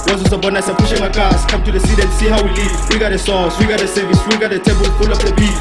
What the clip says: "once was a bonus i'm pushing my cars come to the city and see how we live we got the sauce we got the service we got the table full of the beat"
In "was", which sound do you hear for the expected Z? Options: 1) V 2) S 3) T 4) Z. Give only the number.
2